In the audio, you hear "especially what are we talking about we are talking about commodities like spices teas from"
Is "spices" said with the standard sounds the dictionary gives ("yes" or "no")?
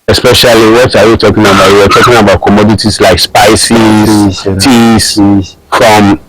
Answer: no